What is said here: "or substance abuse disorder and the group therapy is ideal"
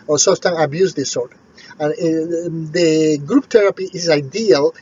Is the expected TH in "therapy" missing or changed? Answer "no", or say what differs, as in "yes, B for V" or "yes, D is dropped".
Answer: yes, T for TH